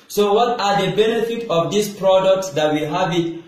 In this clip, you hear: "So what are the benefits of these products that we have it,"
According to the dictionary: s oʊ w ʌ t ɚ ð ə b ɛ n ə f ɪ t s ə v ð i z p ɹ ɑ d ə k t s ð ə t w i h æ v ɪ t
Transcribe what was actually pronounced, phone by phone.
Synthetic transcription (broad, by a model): s oʊ w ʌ t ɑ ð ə b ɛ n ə f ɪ t ə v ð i s p ɹ ɑ d ə k t s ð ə t w i h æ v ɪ t